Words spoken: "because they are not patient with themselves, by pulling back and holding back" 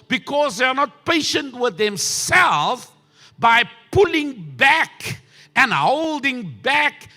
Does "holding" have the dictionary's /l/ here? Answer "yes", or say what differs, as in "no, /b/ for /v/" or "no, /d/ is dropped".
yes